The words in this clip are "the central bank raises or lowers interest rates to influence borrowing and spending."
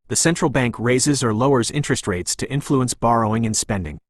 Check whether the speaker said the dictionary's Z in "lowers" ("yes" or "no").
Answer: yes